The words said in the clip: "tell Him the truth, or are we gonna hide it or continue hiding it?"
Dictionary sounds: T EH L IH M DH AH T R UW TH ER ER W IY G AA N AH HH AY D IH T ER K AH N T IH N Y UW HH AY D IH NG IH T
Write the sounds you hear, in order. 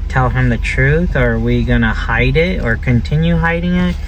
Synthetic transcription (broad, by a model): T EH L IH M DH AH T R UW TH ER ER W IY G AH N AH HH AY D IH T ER K AH N T IH N Y UW HH AY D IH NG IH T